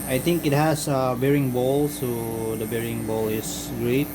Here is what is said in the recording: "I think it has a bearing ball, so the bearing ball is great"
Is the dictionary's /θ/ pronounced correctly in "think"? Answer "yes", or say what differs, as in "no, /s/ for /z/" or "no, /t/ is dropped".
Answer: no, /t/ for /θ/